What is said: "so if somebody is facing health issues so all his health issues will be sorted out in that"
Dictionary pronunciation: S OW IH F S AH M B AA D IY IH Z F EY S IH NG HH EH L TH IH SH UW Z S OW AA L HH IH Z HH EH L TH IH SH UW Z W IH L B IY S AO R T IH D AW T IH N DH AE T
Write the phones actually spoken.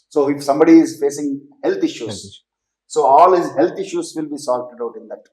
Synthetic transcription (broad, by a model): S OW IH F S AH M B AA D IY IH Z F EY S IH NG HH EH L T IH SH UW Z S OW AA L HH IH Z HH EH L T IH SH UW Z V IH L B IY S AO L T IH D AW T IH N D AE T